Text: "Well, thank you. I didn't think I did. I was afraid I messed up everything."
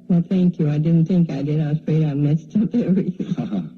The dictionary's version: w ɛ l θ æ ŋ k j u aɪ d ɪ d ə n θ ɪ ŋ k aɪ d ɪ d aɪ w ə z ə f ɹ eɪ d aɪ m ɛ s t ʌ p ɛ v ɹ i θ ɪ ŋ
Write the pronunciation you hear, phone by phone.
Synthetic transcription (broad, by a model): w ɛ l θ æ ŋ k j u aɪ d ɪ d n θ ɪ ŋ k aɪ d ɪ d aɪ w ə z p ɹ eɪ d aɪ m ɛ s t ʌ p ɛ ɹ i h